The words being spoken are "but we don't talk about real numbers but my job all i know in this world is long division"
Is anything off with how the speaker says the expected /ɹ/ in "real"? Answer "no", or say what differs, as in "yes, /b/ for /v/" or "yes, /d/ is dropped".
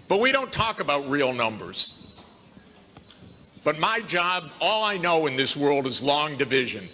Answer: no